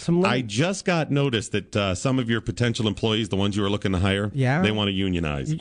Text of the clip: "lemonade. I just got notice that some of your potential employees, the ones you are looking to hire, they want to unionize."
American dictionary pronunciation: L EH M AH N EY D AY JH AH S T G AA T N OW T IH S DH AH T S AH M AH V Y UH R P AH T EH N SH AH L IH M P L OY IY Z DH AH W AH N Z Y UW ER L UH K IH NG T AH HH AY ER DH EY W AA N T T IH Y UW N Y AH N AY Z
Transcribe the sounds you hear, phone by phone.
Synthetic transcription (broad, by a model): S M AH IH JH AH S T G AA T N OW T IH S DH AH T S AH M AH V Y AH R P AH T EH N SH L IH M P L OY IY Z DH AH W AH N Z Y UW ER L UH K IH NG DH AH HH AY ER DH EY W AA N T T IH Y UW N Y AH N AY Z